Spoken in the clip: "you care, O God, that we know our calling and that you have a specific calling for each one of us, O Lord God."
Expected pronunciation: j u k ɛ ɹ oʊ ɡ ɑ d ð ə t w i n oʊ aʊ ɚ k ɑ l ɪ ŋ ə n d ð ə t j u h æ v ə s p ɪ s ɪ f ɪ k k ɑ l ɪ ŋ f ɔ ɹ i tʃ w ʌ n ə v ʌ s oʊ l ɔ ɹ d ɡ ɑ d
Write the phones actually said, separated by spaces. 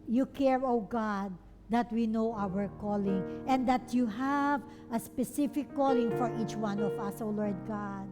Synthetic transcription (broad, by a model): j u k ɛ ɹ oʊ ɡ ɑ d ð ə t w i n oʊ aʊ ɚ k ɑ l ɪ ŋ ə n d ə t j u h æ v ə s p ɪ s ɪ f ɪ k k ɑ l ɪ ŋ f ɔ ɹ i tʃ w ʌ n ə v ʌ s oʊ l ɔ ɹ d ɡ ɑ d